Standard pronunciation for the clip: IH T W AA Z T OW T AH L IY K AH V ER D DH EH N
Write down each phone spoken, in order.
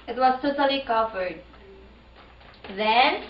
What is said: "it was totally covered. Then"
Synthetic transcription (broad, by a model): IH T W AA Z T OW T AH L IY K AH F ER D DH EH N